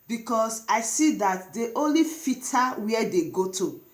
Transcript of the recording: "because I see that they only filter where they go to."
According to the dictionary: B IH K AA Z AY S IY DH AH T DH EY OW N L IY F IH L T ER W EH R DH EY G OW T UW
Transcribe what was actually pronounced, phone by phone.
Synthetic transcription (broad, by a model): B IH K AA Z AY S IY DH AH T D EY OW N L IY F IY T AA W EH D EY G OW T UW